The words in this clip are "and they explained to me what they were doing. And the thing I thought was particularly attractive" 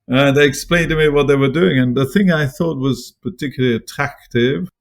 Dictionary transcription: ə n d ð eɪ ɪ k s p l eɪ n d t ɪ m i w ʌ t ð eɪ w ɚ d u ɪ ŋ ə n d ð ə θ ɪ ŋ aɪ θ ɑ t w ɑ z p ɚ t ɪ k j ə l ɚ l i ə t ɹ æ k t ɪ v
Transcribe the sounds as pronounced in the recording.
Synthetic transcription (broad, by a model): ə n ð eɪ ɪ k s p l eɪ n t ɪ m i w ʌ t ð eɪ w ɚ d u ɪ ŋ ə n ð ə θ ɪ ŋ aɪ θ ɑ t w ɑ z p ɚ t ɪ k j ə l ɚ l i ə t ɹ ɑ k t ɪ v